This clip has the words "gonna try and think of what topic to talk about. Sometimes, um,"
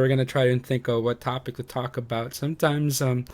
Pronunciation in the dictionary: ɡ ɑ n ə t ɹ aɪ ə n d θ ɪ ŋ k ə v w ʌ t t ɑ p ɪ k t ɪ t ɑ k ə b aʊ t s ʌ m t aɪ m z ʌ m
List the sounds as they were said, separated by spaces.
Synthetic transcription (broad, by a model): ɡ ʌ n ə t ɹ aɪ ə n θ ɪ ŋ k ə v w ʌ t t ɑ p ɪ k t ɪ t ɑ k ə b aʊ t s ʌ m t aɪ m z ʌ m